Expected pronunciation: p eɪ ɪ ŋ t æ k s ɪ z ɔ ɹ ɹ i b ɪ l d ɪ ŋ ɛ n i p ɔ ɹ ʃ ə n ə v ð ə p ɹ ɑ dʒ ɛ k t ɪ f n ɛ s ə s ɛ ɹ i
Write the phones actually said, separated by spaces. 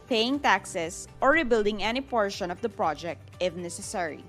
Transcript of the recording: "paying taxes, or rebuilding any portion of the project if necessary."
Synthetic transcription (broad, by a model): p eɪ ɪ ŋ t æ k s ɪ s ɔ ɹ ɹ i b ɪ l d ɪ ŋ ɛ n i p ɔ ɹ ʃ ə n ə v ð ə p ɹ ɑ dʒ ɛ k t ɪ f n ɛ s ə s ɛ ɹ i